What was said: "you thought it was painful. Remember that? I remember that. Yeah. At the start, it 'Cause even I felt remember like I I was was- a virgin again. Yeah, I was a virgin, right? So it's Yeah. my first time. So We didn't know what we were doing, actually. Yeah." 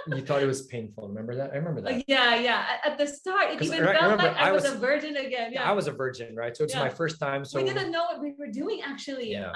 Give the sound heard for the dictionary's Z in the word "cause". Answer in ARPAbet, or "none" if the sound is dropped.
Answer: none